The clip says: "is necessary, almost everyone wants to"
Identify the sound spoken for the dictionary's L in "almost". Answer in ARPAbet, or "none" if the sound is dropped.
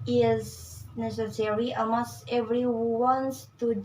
none